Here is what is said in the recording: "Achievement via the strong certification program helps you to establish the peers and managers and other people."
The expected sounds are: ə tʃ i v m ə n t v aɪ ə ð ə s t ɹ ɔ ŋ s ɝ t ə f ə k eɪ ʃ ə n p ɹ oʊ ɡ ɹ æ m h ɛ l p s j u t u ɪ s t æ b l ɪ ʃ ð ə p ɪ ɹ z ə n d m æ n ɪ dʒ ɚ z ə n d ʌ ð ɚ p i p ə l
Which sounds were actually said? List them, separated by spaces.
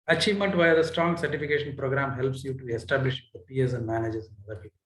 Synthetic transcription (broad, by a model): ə tʃ i v m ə n t v aɪ ə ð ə s t ɹ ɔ ŋ s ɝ t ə f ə k eɪ ʃ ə n p ɹ oʊ ɡ ɹ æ m h ɛ l p s j u t u ɪ s t æ b l ɪ ʃ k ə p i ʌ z ə n d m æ n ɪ dʒ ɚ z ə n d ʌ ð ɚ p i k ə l